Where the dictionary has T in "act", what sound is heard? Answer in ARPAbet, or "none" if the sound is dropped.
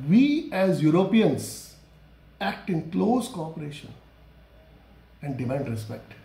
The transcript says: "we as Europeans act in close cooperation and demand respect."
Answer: T